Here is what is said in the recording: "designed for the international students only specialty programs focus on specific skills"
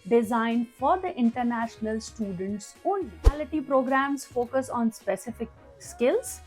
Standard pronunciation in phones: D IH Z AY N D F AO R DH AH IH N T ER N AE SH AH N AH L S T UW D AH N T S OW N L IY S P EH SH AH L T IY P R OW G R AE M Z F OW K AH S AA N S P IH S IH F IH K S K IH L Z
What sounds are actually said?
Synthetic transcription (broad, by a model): D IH Z AY N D F AO R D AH IH N T ER N AE SH AH N AH L S T UW D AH N T S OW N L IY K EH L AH T IY P R OW G R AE M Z F OW K AH S AA N S P IH S IH F IH K S K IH L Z